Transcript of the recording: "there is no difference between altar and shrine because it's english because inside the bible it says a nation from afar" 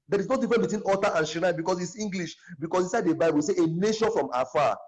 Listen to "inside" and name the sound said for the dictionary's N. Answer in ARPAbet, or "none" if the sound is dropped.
none